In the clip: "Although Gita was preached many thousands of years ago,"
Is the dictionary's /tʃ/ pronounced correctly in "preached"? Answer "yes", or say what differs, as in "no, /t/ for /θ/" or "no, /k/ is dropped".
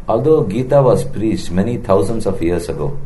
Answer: no, /s/ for /tʃ/